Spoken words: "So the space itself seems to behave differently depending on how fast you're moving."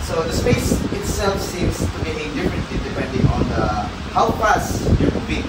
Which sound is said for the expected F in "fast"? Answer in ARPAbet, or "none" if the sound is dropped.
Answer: P